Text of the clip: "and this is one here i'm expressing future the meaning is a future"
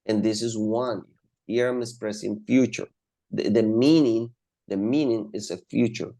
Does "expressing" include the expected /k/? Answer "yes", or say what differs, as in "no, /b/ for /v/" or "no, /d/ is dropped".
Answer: no, /k/ is dropped